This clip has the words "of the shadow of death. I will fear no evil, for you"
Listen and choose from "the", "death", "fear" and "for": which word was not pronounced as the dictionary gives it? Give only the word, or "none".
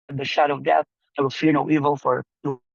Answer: none